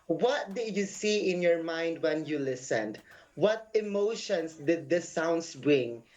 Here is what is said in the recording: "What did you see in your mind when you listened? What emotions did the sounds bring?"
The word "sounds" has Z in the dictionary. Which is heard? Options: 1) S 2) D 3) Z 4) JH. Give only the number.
1